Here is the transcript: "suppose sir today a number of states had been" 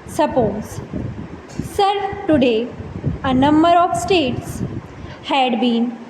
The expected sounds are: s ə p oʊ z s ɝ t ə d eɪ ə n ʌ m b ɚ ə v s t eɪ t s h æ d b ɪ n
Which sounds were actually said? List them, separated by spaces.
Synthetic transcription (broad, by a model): s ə p oʊ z s ɝ t ə d eɪ ə n ʌ m b ɚ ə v s t eɪ t s h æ d b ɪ n